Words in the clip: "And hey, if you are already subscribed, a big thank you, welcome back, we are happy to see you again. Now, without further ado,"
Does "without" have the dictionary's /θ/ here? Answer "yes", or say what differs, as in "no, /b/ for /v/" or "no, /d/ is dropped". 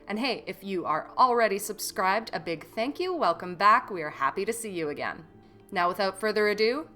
yes